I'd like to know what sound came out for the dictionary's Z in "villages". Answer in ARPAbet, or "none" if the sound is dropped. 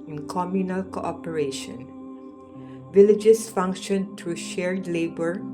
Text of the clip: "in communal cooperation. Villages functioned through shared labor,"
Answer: S